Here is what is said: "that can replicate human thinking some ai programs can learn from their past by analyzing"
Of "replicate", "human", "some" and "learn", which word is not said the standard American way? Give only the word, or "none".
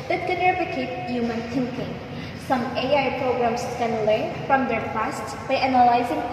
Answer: replicate